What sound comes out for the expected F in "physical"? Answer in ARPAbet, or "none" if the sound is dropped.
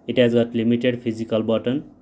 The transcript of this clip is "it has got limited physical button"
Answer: P